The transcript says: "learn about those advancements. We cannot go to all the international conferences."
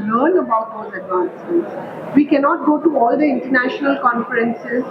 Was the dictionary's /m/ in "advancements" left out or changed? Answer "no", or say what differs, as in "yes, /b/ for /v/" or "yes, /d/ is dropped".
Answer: yes, /m/ is dropped